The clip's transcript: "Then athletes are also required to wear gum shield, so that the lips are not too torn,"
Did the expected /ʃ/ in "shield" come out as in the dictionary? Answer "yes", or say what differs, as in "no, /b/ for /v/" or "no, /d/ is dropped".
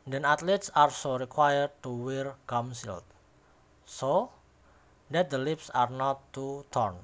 no, /s/ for /ʃ/